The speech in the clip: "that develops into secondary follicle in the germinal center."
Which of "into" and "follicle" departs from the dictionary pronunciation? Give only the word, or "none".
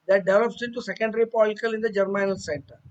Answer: follicle